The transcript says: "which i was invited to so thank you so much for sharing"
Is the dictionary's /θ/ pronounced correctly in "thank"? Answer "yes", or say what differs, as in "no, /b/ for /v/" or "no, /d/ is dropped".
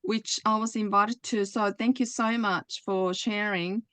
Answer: yes